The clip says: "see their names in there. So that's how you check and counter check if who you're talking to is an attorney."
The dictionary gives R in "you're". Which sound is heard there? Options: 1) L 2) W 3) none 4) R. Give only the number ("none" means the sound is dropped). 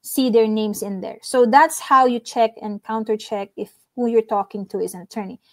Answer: 4